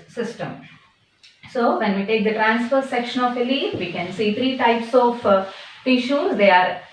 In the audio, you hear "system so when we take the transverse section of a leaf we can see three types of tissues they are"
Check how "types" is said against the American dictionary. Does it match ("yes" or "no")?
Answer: yes